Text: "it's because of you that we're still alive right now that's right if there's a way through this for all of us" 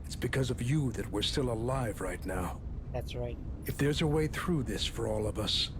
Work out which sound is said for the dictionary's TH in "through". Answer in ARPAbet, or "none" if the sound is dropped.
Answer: TH